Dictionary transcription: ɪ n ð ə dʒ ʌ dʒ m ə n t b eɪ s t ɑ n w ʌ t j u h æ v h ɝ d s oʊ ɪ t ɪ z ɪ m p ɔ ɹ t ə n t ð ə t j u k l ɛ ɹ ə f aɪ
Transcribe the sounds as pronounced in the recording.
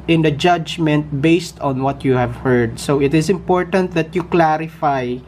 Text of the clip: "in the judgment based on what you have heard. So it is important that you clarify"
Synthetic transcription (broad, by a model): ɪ n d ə dʒ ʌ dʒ m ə n t b eɪ s t ɑ n w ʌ t j u h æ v h ɝ d s oʊ ɪ t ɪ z ɪ m p ɔ ɹ t ə n t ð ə t j u k l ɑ ɹ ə f aɪ